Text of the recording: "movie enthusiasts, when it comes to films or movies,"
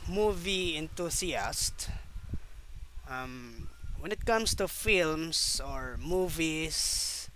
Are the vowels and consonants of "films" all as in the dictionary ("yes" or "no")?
no